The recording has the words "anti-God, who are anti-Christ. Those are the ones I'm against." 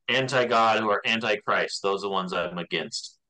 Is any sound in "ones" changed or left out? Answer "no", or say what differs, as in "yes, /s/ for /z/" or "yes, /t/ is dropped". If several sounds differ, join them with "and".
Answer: no